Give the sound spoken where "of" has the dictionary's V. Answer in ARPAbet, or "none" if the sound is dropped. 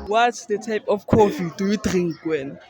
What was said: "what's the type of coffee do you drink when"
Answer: F